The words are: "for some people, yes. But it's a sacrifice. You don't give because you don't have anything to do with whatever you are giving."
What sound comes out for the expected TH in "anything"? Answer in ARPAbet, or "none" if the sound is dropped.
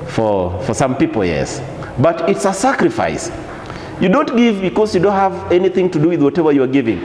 TH